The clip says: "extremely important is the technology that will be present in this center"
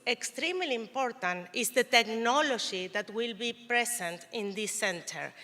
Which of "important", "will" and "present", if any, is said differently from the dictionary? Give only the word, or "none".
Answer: present